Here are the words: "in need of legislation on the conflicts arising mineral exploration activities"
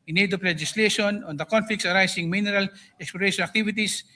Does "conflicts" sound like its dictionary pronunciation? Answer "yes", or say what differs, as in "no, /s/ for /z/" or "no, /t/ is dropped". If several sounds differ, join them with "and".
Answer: yes